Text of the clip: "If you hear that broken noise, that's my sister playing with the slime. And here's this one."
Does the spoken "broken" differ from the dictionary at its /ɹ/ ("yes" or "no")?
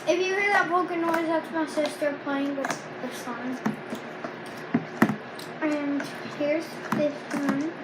yes